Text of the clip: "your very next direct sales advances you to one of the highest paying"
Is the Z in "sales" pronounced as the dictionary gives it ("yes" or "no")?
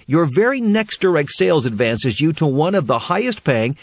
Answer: yes